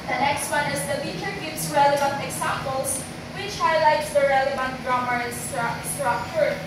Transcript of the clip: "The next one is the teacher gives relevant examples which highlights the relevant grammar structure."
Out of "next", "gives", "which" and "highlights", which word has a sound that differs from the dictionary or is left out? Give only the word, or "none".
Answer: gives